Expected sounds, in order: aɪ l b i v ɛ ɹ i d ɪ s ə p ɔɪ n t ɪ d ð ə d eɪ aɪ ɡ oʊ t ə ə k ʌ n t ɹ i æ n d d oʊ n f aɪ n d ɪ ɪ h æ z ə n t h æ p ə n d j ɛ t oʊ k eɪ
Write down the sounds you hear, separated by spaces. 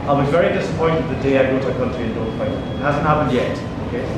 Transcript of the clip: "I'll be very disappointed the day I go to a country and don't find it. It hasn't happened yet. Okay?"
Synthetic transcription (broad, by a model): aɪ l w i v ɛ ɹ i d ɪ s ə p ɔɪ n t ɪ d ð ə d eɪ aɪ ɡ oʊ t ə ə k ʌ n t i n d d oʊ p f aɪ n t h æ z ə n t h æ p ə n d j ɛ t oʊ k eɪ